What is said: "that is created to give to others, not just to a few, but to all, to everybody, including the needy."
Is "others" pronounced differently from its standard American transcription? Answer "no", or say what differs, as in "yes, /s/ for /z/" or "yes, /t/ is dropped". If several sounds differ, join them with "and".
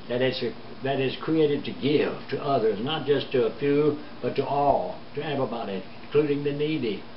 no